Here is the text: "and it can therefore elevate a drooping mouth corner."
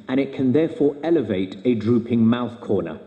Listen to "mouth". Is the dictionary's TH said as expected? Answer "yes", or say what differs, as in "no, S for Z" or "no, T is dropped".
yes